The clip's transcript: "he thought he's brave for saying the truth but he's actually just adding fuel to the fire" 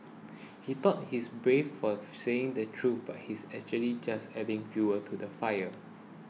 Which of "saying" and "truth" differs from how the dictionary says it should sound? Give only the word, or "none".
truth